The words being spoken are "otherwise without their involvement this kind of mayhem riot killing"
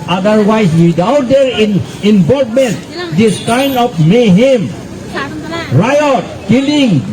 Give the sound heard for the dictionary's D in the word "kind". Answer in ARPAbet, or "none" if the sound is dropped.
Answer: none